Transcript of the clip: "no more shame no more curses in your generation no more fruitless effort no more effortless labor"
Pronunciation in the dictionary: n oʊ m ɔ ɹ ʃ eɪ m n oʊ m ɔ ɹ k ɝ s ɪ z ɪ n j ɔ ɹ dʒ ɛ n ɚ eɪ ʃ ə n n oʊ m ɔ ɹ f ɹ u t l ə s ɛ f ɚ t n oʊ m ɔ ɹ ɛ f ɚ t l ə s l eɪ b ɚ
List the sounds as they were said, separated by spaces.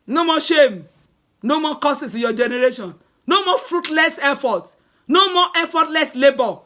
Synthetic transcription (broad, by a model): n oʊ m ɔ ʃ eɪ m n oʊ m ɔ k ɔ s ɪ s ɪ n j ɔ dʒ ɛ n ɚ eɪ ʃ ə n n oʊ m ɔ f ɹ u t l ə s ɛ f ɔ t n oʊ m ɔ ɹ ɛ f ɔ t l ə s l eɪ b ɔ